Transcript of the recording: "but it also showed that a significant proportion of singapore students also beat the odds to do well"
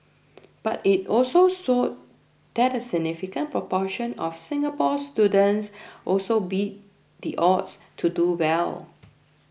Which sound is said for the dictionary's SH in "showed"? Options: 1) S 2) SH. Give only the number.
1